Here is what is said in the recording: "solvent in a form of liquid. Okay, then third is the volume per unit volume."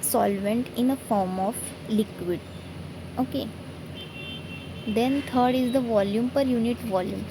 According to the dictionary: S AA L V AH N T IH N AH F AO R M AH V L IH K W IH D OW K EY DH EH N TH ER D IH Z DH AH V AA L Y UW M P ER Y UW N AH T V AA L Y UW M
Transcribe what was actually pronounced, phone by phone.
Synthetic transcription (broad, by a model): S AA L V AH N T IH N AH F AO R M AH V L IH K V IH D OW K EY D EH N T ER D IH Z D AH V AA L Y UW M P ER Y UW N AH T V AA L Y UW M